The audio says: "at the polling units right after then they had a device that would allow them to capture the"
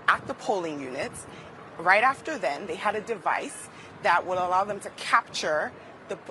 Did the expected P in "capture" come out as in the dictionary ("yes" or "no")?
yes